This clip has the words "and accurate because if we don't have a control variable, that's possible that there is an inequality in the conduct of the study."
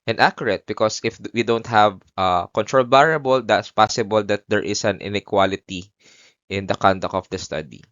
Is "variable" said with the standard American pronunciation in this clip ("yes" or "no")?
no